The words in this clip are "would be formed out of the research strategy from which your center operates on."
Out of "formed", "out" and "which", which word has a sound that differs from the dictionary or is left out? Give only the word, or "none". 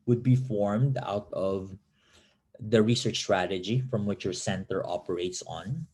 none